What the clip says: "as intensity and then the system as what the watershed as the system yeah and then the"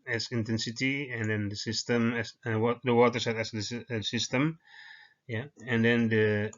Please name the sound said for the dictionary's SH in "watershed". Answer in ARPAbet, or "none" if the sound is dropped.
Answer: S